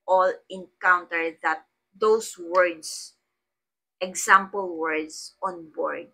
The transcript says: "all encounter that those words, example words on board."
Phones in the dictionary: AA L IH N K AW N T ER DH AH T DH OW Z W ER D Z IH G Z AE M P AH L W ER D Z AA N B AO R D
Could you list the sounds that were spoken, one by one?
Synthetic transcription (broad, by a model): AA L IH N K AW N T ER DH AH T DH OW S W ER D S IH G S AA M P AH L W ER D S AA N B AO R D